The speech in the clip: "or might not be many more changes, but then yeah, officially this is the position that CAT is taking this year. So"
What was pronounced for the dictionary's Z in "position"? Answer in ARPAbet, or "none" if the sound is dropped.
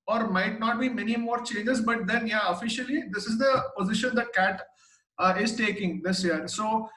Z